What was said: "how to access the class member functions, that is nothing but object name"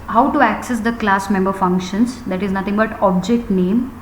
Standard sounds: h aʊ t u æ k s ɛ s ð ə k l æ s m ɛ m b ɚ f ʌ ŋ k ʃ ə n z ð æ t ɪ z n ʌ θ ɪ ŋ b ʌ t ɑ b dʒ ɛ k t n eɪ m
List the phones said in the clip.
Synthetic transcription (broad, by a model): h aʊ t u æ k s ɛ s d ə k l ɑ s m ɛ m b ɚ f ʌ ŋ k ʃ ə n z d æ t ɪ z n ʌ t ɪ ŋ b ʌ t ɑ b dʒ ɛ k t n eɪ m